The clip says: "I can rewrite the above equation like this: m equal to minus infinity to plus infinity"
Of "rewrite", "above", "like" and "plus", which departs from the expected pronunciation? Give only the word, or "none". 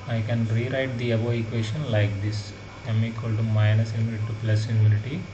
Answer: above